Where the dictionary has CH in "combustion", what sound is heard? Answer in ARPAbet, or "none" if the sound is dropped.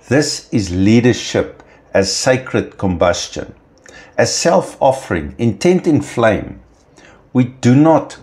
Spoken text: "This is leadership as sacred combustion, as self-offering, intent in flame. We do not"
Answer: CH